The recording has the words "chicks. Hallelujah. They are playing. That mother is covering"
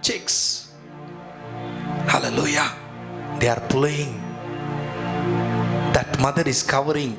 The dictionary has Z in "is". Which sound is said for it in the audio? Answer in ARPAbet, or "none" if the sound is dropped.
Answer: S